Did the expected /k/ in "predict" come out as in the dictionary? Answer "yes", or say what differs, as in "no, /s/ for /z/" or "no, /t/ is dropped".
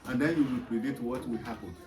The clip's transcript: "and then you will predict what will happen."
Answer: no, /k/ is dropped